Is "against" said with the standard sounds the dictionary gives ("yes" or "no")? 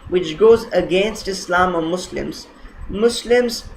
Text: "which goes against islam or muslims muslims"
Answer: yes